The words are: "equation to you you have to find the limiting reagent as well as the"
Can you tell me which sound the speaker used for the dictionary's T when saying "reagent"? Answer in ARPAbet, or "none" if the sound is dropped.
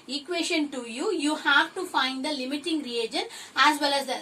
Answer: none